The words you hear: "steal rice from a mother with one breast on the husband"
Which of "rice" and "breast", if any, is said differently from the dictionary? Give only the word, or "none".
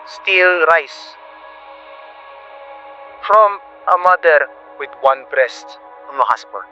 none